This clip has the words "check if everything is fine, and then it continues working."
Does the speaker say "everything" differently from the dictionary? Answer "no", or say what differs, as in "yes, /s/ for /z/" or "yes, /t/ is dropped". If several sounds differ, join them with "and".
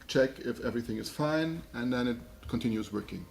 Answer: no